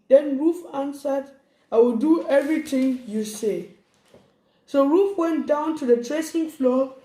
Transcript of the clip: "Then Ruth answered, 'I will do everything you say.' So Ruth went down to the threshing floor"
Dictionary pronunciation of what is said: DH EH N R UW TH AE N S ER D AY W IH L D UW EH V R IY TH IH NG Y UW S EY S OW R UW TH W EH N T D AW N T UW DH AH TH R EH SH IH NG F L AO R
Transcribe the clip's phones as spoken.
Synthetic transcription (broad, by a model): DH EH N R UW F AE N S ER D AY W IH L D UW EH V R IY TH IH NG Y UW S EY S OW R UW F W EH N T D AW N T UW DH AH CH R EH S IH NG F L AO